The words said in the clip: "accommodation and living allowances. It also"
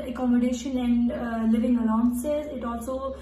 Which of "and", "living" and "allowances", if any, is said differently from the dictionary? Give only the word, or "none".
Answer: allowances